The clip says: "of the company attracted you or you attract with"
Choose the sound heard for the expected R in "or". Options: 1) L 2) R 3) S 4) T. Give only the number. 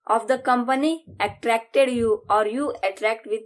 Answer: 2